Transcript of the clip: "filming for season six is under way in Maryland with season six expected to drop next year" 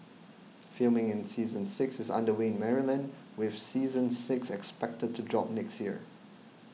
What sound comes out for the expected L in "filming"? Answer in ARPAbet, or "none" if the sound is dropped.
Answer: L